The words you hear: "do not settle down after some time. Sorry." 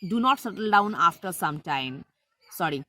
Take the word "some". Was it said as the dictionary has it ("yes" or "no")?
yes